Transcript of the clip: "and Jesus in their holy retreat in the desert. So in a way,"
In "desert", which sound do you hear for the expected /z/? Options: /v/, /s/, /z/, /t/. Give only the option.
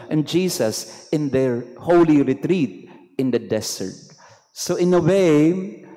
/s/